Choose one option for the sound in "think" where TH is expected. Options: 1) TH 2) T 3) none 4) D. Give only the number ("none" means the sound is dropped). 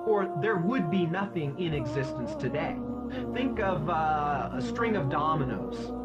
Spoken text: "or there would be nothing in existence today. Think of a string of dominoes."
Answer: 1